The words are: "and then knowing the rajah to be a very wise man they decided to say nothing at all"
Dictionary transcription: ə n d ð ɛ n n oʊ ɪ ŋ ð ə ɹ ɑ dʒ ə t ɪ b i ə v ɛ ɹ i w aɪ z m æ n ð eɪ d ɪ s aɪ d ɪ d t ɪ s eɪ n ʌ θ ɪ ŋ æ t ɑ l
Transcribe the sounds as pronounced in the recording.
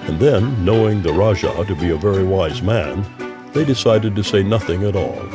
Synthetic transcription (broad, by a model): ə n ð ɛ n n oʊ ɪ ŋ ð ə ɹ ɑ ʒ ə t ɪ b i ə v ɛ ɹ i w aɪ z m æ n ð eɪ d ɪ s aɪ d ɪ d t ɪ s eɪ n ʌ θ ɪ ŋ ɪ t ɑ l